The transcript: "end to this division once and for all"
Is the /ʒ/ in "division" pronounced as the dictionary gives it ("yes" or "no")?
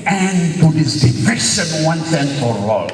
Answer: no